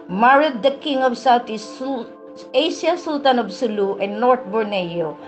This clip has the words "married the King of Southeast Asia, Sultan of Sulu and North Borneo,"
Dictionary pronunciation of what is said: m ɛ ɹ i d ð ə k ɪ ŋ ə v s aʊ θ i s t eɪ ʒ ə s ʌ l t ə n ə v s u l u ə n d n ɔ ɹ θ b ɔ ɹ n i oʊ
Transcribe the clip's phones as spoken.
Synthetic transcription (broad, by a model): m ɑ ɹ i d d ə k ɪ ŋ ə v s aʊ t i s eɪ ʃ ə s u l t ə n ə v s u l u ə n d n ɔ ɹ t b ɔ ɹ n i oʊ